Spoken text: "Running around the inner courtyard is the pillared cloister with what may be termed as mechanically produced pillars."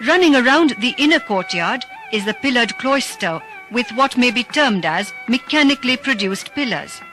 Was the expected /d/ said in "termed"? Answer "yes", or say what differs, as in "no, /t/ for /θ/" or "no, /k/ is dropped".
yes